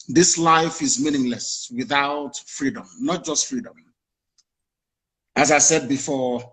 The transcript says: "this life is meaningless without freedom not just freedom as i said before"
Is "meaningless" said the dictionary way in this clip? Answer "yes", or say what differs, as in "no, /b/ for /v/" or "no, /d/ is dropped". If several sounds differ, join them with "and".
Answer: yes